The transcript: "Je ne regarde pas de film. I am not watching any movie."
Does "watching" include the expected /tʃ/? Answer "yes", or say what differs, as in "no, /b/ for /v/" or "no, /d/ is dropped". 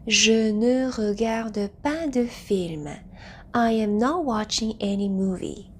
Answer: yes